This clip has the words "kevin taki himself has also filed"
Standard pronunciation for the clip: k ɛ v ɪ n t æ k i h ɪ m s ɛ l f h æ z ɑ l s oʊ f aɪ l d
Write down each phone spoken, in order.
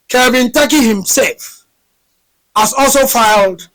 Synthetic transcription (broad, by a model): k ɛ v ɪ n t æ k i h ɪ m s ɛ l f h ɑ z ɑ l s oʊ f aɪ l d